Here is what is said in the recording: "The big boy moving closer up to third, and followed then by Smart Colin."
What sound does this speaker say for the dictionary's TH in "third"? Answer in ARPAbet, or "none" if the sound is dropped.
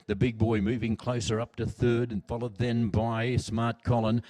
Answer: TH